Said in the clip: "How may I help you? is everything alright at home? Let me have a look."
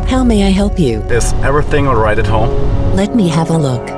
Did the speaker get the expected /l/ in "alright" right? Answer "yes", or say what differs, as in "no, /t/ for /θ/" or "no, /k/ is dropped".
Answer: no, /l/ is dropped